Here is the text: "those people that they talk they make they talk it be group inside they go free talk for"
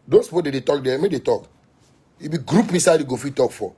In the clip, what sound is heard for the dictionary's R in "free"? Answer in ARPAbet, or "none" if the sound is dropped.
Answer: none